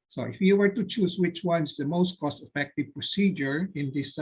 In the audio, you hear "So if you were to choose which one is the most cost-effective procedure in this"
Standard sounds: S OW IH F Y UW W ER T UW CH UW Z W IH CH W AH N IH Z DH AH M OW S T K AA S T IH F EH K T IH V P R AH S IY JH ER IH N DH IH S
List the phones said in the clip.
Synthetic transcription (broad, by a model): S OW IH F Y UW W ER T UW CH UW S W IH CH W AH N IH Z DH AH M OW S T K AA S T IH F EH K T IH V P R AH S IY JH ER IH N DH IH S